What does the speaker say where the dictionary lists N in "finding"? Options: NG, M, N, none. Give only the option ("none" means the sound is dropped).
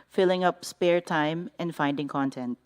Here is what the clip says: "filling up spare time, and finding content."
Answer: N